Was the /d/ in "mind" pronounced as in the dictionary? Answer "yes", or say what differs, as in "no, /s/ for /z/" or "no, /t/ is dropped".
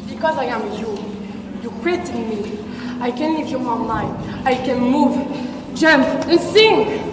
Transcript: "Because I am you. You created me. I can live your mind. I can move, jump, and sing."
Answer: no, /d/ is dropped